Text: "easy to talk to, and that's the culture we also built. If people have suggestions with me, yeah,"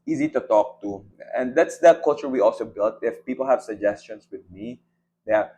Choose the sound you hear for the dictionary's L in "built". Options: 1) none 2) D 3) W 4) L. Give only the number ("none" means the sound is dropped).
4